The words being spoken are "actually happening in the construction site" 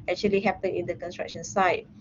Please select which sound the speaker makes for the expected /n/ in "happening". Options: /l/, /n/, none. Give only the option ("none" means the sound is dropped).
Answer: none